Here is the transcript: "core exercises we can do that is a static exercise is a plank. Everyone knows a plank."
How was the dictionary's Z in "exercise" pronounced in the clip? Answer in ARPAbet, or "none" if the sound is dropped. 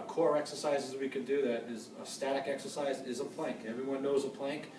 Z